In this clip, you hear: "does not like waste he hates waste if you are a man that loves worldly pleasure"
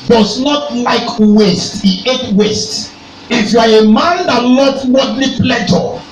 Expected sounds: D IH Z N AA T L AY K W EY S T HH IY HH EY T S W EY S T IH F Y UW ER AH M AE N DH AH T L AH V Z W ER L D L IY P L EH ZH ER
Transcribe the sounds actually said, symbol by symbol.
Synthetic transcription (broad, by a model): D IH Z N AA T L AY K W EY S T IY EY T W EY S T IH F Y UW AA AH M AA N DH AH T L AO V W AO D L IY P L EH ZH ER